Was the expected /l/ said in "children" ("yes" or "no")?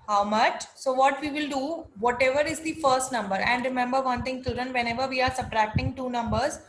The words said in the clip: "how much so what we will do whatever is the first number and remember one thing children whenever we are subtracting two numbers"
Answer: no